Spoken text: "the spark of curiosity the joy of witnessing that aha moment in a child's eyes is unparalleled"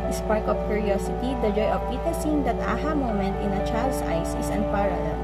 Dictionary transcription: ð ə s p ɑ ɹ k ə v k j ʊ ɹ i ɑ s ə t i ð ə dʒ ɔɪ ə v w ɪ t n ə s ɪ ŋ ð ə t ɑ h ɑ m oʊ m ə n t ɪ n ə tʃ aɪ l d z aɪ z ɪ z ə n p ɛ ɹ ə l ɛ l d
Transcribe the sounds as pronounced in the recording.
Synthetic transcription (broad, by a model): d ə s p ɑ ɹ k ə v k j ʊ ɹ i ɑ s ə t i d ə dʒ ɔɪ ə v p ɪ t ə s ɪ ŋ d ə t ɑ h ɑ m oʊ m ə n t ɪ n ə tʃ aɪ l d s aɪ s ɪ s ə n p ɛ ɹ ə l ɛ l